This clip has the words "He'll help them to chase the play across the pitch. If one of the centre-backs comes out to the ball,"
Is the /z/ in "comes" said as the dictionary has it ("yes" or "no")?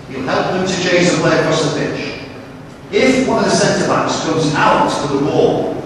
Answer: yes